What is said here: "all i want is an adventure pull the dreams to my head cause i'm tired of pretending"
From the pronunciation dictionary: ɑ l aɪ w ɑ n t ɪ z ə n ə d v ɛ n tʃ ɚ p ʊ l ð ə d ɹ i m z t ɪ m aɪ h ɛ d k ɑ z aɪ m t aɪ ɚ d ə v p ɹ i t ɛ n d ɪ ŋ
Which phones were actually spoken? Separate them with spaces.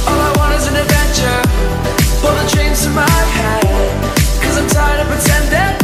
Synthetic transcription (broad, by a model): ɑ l aɪ w ɑ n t ɪ z ə n ə d v ɛ n tʃ ɚ b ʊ ð ə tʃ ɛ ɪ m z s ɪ m aɪ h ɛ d k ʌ z aɪ m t aɪ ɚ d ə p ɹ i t ɛ n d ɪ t